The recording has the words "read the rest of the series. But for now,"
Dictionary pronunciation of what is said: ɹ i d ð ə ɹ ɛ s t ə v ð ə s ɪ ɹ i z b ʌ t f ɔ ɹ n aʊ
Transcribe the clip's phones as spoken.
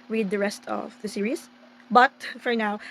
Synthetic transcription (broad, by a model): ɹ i d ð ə ɹ ɛ s t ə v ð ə s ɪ ɹ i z b ʌ t f ɔ ɹ n aʊ